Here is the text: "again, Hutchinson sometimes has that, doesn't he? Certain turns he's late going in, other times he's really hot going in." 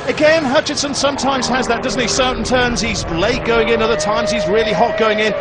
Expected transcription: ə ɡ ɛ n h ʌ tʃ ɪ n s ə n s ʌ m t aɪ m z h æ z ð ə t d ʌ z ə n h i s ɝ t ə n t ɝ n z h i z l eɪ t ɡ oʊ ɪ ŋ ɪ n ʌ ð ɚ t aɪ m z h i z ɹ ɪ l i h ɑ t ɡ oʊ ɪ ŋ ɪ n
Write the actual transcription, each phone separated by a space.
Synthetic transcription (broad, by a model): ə ɡ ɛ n h ʌ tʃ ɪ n s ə n s ʌ m t aɪ m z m z ð ə t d ʌ z n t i s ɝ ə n t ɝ n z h i z l eɪ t ɡ oʊ ɪ ŋ ɪ n ʌ ð ɚ t aɪ m z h i z ɹ ɪ l i h ɑ t ɡ oʊ ɪ ŋ ɪ n